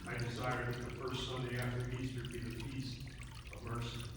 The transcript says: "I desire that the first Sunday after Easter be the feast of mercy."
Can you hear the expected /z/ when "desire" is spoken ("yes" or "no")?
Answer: no